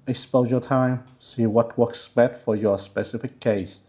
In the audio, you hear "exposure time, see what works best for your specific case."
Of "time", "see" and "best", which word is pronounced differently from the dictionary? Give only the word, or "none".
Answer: best